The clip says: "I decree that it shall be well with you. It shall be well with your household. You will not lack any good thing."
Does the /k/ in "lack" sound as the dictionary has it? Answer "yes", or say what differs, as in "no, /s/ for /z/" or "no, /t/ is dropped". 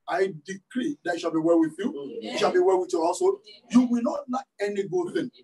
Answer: no, /k/ is dropped